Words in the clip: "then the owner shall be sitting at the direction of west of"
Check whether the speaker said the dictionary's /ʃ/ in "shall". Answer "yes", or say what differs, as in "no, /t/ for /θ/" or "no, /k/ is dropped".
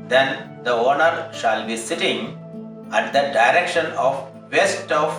yes